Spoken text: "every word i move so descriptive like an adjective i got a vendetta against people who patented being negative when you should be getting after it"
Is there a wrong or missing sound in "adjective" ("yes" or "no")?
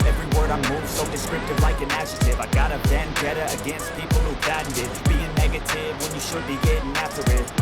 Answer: yes